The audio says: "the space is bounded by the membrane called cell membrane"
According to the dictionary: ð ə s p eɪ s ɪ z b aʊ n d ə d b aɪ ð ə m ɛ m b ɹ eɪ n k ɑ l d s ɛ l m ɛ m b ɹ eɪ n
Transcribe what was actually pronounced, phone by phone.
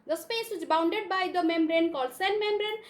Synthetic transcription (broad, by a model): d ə s p eɪ s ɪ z b aʊ n d ə d b aɪ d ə m ɛ m b ɹ eɪ n k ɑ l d s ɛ n m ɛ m b ɹ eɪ n